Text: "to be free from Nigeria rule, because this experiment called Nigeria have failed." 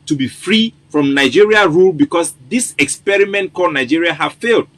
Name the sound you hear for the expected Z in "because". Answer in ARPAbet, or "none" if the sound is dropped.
S